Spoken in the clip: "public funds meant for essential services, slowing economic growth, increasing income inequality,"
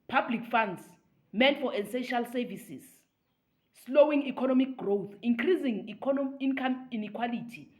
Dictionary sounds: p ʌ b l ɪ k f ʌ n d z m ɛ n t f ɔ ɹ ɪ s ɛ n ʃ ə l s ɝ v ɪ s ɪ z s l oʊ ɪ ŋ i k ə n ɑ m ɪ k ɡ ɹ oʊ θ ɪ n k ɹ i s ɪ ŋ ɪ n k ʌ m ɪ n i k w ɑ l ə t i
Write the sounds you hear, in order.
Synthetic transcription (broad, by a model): p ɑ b l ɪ k f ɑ n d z m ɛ n f ɔ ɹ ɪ s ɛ ʃ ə l s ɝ v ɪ s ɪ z s l oʊ ɪ ŋ i k ə n ɑ m ɪ k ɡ ɹ oʊ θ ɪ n k ɹ i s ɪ ŋ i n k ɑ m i n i k w ɑ l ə t i